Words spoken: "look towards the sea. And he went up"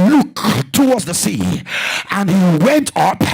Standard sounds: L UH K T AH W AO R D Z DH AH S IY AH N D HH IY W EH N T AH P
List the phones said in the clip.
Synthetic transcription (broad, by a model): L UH K T AH W AO R D Z DH AH S IY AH N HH IY W EH N T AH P